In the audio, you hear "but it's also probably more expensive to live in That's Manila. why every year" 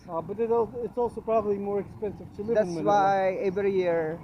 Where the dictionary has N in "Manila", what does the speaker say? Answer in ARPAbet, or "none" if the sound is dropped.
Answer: none